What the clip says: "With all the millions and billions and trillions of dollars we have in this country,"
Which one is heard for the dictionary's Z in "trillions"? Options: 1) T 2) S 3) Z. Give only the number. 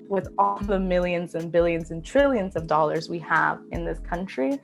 3